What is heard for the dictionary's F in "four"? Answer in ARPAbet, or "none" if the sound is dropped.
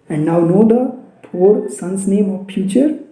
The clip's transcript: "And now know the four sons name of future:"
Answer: P